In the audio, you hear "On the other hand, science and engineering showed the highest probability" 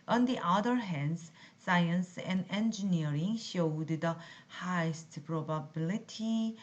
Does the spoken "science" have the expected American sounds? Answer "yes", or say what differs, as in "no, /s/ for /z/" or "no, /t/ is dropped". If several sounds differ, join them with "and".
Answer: yes